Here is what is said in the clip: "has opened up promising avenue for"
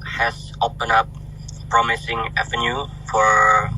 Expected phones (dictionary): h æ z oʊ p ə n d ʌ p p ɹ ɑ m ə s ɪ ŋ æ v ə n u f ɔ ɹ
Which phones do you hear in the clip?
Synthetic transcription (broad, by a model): h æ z oʊ p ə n ʌ p p ɹ ɑ m ə s ɪ ŋ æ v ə n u f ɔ ɹ